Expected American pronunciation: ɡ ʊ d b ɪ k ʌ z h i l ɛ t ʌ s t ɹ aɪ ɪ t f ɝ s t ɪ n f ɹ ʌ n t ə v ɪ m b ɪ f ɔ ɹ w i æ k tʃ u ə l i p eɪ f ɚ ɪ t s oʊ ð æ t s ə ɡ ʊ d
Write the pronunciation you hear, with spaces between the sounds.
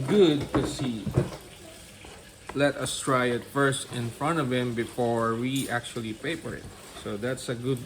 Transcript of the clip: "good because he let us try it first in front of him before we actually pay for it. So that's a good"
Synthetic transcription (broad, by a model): ɡ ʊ d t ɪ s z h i l ɛ t ʌ s t ɹ aɪ ɪ t f ɝ s t ɪ n f ɹ ʌ n t ə v ɪ m b ɪ f ɔ ɹ w i æ k tʃ u ə l i p eɪ p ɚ ɪ t s oʊ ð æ t s ə ɡ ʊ d